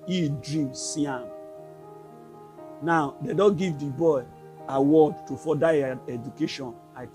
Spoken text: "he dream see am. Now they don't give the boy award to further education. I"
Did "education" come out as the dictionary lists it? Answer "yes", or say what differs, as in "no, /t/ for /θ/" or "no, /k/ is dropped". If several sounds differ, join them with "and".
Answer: yes